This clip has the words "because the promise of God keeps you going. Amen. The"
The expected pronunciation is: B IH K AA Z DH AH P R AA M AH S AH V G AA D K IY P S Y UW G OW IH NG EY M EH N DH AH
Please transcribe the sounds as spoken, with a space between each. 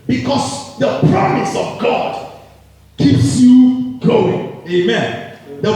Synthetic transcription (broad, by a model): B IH K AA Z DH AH P R AA M AH S AH V G AA D K IY P S Y UW G OW IH NG EY M EH N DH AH